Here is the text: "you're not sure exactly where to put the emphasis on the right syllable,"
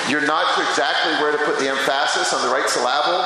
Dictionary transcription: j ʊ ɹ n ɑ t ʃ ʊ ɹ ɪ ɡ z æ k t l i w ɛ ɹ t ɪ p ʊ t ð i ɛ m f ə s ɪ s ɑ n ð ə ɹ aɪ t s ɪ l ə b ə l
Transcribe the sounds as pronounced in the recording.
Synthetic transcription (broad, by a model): j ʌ ɹ n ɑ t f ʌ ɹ ɪ ɡ z æ k t l i w ɛ ɹ t ɪ p ʊ t ð i ɛ m f ə s ɪ s n ð ə ɹ aɪ t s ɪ l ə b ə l